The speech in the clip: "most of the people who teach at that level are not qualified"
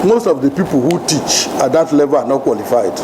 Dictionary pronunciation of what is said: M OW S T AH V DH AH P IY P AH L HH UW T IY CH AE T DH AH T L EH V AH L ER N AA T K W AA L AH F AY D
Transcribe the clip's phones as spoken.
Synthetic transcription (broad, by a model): M OW S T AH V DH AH P IY P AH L HH UW T IY CH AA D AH T L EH V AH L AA N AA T K W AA L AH F AY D